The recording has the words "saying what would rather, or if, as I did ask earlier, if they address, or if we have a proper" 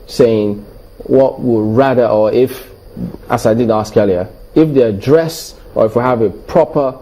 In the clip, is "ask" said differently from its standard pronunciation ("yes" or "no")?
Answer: no